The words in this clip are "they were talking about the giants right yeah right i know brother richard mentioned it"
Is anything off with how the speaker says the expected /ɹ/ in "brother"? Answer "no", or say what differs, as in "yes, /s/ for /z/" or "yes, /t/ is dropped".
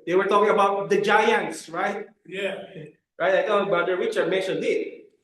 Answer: yes, /ɹ/ is dropped